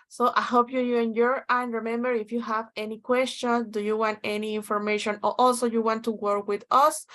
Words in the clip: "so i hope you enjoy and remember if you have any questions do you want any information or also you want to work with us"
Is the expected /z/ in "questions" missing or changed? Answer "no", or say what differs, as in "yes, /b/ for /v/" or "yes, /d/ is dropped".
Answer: yes, /z/ is dropped